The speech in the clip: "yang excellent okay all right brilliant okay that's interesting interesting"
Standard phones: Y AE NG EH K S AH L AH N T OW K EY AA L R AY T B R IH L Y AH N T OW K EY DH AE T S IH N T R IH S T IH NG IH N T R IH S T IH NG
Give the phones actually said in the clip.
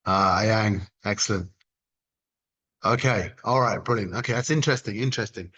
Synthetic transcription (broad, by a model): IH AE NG EH K S AH L AH N T OW K EY AA L R AY T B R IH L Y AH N OW K EY DH AE T S IH N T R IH S T IH NG IH N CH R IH S T IH NG